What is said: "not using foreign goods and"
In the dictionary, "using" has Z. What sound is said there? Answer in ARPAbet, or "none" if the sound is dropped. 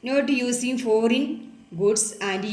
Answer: S